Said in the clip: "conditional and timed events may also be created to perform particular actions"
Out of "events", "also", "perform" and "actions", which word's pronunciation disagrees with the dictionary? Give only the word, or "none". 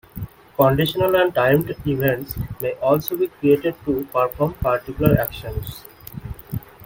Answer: actions